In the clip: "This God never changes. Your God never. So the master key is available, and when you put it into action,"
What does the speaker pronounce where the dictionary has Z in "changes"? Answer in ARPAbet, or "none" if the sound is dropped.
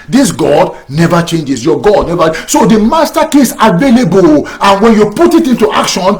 S